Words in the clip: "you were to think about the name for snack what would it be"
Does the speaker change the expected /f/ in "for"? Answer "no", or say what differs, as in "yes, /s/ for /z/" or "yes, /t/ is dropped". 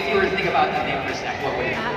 yes, /p/ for /f/